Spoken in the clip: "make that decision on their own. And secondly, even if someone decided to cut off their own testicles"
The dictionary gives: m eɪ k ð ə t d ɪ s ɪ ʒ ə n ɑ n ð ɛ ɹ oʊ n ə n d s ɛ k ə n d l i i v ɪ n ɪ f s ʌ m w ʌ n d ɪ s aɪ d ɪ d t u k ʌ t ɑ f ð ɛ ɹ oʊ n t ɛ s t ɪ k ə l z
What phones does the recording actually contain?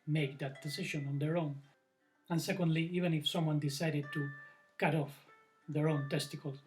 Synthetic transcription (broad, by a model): m eɪ k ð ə t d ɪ s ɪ ʃ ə n ɑ n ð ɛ ɹ oʊ n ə n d s ɛ k ə n d l i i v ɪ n ɪ f s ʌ m w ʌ n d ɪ s aɪ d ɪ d t u k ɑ t ɑ f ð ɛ ɹ oʊ n t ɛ s t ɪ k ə l